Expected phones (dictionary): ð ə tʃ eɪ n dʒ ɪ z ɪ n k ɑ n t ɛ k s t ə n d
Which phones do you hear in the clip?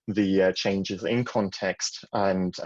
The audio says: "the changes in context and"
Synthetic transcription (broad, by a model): ð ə tʃ eɪ n dʒ ɪ z ɪ n k ɑ n t ɛ k s t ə n